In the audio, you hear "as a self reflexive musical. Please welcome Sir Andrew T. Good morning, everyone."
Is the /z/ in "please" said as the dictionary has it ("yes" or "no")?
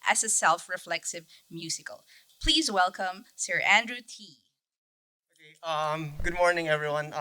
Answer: yes